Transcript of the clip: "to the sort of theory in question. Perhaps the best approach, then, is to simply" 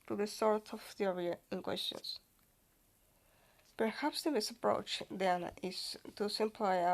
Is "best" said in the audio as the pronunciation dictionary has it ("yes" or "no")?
no